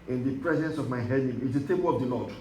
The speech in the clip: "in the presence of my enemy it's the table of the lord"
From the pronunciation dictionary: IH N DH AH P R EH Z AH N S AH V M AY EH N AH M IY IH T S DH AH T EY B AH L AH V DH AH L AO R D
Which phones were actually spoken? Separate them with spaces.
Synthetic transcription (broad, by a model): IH N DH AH P R EH Z AH N S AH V M AY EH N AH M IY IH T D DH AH T EY B AH L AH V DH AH L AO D